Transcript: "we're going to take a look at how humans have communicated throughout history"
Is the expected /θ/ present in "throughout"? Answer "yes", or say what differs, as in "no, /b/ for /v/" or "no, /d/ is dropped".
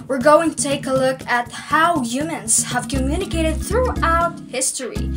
yes